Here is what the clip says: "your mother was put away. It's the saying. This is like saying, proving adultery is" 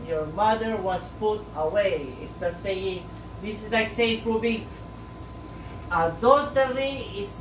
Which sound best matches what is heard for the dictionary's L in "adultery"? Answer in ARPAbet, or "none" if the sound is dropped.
none